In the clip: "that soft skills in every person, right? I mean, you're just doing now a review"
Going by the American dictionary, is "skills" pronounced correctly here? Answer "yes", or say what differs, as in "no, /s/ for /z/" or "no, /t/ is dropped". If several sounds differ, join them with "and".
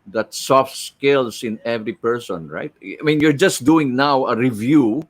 no, /s/ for /z/